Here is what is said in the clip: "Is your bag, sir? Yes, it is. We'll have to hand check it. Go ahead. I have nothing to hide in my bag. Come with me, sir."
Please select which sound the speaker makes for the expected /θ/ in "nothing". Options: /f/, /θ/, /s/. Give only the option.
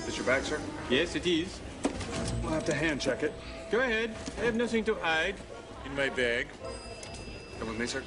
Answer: /θ/